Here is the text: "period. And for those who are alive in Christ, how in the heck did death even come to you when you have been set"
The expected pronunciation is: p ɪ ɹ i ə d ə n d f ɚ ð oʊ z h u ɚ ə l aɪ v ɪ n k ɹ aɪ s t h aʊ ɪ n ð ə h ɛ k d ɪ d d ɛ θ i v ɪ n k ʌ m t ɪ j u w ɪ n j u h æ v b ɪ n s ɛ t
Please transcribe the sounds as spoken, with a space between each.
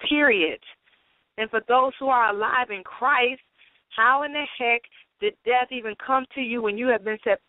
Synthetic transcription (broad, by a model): ɪ ɹ i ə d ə n f ɚ ð oʊ z h u ɚ ə l aɪ v ɪ n k ɹ aɪ s t h aʊ ɪ n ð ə h ɛ k d ɪ d d ɛ θ i v ɪ n k ʌ m t ɪ j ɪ w ɪ n j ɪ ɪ v b ɪ n s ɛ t